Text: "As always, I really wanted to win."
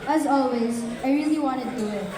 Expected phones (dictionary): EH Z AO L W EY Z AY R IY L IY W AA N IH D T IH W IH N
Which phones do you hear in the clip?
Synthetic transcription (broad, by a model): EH Z AO L W EY Z AY R IY L IY W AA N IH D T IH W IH